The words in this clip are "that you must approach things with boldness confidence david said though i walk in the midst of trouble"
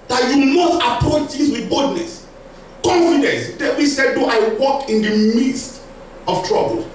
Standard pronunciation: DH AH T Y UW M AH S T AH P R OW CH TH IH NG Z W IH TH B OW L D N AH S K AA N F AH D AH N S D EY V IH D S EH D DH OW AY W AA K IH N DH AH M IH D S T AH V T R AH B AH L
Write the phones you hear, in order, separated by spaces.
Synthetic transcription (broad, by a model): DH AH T Y UW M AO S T AH P R OW CH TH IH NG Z W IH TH B OW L D N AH S K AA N F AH D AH N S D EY W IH S EH D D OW AY W AA K IH N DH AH M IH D S T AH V T R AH B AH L